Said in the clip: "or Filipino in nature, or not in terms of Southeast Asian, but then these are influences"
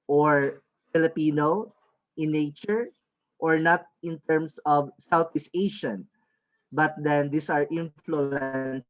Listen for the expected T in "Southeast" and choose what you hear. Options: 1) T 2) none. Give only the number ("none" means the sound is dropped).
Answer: 2